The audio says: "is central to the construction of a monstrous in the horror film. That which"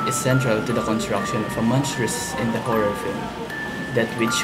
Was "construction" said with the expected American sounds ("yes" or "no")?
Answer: yes